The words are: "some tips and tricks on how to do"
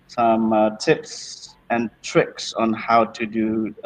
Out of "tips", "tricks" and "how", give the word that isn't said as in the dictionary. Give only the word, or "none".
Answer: none